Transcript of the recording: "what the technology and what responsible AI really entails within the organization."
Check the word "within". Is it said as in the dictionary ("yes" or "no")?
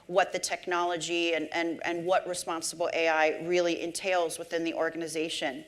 yes